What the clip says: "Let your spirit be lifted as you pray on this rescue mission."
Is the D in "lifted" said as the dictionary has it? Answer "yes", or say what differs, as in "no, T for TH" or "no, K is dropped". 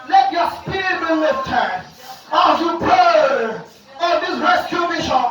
no, D is dropped